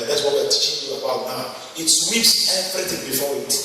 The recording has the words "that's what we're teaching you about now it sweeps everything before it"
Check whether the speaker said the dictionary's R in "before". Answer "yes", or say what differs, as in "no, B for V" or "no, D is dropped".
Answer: no, W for R